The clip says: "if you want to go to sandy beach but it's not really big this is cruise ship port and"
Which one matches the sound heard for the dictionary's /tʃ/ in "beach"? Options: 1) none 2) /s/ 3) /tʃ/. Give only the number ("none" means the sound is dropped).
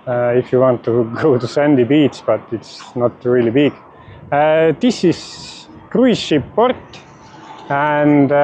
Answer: 2